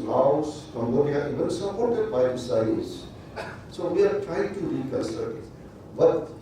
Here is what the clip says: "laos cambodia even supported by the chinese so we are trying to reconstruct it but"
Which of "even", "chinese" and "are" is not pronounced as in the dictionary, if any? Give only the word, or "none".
chinese